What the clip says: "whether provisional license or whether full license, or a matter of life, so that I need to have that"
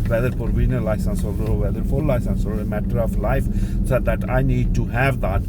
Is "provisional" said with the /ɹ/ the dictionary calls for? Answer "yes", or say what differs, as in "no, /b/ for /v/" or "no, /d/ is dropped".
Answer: no, /ɹ/ is dropped